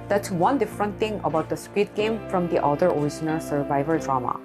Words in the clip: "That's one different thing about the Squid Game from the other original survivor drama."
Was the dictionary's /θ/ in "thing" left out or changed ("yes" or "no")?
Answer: yes